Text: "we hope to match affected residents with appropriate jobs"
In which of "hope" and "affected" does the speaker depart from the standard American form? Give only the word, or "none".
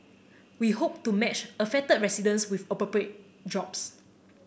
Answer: affected